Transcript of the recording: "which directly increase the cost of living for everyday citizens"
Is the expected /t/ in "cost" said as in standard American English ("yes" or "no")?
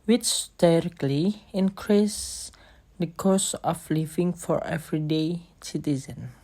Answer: no